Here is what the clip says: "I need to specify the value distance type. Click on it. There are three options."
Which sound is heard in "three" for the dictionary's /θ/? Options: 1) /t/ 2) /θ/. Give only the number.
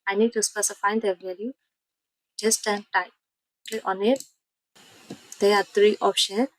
1